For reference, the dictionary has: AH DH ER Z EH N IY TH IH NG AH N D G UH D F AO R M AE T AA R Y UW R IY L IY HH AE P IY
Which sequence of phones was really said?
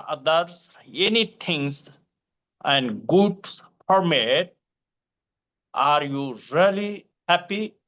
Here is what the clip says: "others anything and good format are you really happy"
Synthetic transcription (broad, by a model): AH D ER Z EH N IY T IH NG AH N D G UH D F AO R M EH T AA R Y UW R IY L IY HH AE P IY